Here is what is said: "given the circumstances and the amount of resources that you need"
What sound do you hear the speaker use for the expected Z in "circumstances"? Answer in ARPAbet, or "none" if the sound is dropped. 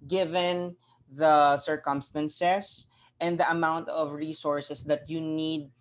S